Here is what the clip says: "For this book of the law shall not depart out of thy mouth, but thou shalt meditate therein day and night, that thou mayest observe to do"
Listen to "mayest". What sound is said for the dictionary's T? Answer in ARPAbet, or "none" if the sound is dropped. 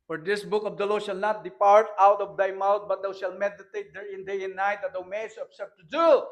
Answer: none